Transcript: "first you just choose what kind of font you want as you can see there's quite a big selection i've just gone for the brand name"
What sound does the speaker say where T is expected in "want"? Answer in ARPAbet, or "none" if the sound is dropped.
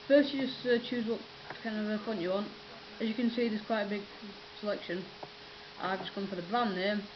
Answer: T